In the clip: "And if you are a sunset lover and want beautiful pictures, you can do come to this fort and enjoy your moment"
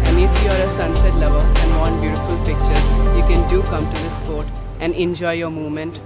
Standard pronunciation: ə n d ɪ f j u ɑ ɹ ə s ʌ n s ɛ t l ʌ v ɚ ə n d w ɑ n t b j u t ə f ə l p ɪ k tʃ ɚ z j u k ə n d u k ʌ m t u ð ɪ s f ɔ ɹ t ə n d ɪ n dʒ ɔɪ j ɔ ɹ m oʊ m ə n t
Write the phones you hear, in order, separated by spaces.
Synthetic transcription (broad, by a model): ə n d ɪ f j u ɑ ɹ ə s ʌ n s ɛ t l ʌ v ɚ ə n d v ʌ n b j u t ə f ə l p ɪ k tʃ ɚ j u k ə n d u k ʌ m t u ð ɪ s p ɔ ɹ t ə n d ɪ n dʒ ɔɪ j ɔ ɹ m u m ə n t